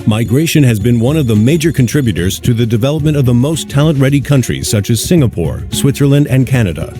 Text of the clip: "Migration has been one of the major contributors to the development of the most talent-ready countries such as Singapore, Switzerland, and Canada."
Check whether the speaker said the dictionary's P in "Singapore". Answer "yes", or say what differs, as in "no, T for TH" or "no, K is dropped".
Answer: yes